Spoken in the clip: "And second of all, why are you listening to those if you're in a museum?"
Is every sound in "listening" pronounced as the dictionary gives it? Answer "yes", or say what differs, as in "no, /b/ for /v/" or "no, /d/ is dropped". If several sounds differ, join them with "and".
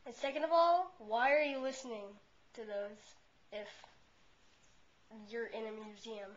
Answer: yes